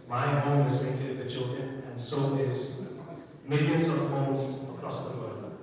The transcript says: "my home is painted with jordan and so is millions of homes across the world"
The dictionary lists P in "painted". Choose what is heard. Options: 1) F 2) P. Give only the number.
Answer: 1